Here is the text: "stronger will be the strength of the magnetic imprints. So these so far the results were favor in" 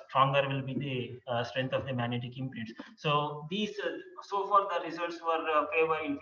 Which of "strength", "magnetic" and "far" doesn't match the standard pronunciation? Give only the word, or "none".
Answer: strength